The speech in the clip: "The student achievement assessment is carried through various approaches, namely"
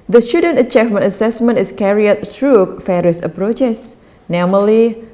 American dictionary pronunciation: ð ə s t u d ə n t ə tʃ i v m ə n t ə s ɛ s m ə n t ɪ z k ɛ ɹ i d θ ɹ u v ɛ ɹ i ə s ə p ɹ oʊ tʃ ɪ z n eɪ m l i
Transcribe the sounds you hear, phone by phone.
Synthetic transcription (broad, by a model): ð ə s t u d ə n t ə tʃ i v m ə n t ə s ɛ s m ə n t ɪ s k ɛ ɹ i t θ ɹ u f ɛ ɹ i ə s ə p ɹ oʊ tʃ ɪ s n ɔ m l i